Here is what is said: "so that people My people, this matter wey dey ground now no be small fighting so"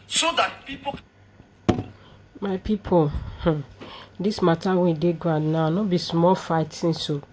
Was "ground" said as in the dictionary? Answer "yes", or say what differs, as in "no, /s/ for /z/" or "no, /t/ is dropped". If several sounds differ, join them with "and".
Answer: no, /ɹ/ is dropped